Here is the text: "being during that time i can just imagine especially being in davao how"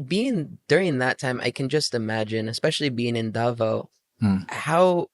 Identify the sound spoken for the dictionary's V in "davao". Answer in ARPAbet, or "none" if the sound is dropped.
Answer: V